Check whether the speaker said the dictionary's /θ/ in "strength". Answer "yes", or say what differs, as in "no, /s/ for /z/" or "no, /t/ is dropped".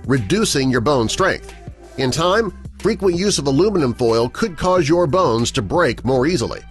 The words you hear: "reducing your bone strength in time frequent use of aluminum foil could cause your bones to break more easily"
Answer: yes